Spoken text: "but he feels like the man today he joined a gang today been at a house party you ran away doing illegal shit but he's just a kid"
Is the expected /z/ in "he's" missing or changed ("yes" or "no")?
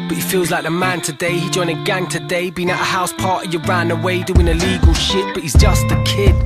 no